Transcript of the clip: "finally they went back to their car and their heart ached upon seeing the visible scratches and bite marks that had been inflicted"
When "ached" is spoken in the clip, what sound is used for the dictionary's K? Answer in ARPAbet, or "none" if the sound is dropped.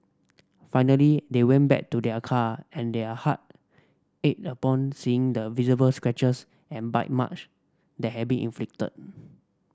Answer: none